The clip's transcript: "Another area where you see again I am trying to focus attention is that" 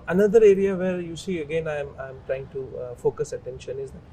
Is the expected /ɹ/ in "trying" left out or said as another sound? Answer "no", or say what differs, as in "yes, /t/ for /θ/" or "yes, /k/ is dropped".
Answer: no